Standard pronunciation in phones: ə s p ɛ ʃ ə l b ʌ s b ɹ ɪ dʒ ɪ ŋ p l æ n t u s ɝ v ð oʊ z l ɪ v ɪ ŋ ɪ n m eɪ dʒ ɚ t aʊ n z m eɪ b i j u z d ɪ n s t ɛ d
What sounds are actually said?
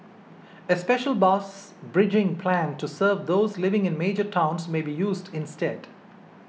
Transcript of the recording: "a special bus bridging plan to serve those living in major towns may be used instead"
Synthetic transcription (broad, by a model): ə s p ɛ ʃ ə l b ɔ s b ɹ ɪ dʒ ɪ ŋ p l æ n t u s ɝ v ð oʊ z l ɪ v ɪ ŋ ɪ n m eɪ dʒ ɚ t aʊ n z m eɪ b i j u z d ɪ n s t ɛ d